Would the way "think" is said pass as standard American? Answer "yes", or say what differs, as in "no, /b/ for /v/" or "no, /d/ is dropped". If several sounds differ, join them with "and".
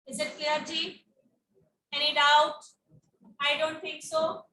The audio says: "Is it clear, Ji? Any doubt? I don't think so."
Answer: no, /t/ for /θ/